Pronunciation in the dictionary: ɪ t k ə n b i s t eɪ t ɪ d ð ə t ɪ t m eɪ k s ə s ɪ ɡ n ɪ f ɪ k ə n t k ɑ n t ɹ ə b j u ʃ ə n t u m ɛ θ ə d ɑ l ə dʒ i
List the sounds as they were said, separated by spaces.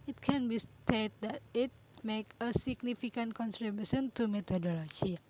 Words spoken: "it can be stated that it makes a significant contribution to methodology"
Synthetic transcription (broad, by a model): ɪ t k ə n b i s t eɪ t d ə t ɪ t m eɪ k ə s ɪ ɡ n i f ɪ k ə n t k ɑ n s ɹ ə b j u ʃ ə n t u m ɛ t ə d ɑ l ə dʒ i